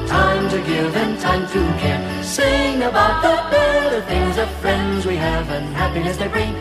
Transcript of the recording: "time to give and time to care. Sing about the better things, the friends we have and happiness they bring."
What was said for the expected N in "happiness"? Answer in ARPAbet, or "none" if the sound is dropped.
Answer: none